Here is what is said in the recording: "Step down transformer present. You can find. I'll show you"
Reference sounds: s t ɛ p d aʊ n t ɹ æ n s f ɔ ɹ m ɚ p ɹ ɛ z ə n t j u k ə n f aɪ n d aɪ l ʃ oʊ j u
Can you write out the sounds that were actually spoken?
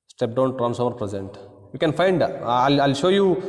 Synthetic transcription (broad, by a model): s t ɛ p d aʊ n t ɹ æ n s ɔ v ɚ p ɹ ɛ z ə n t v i k ə n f aɪ n d aɪ l ʃ oʊ j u